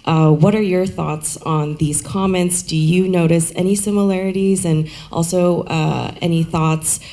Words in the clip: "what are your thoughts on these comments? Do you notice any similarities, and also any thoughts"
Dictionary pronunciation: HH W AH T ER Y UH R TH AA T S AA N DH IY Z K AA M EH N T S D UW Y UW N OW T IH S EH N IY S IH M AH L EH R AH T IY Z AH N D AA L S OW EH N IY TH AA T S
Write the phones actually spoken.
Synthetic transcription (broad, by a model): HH W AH T ER Y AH R TH AA T S N DH IY Z K AA M EH N T S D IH Y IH N OW T IH S EH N IY S IH M AH L EH R AH T IY Z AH N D AA L S OW EH N IY TH AA T S